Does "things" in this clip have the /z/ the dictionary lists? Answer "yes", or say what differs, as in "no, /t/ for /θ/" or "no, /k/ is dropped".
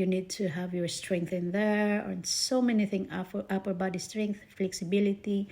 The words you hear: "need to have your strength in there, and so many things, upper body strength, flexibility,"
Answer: no, /z/ is dropped